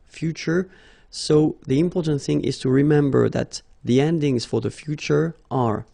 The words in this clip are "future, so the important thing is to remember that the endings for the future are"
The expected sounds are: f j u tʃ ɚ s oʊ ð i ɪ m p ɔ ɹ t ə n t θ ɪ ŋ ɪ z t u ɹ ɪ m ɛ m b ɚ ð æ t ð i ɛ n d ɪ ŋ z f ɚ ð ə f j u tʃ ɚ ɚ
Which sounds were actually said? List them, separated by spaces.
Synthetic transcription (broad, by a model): f j u tʃ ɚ s oʊ ð i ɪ m p ɔ ɹ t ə n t θ ɪ ŋ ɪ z t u ɹ ɪ m ɛ m b ɚ ð æ t ð i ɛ n d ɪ ŋ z f ɚ ð ə f j u tʃ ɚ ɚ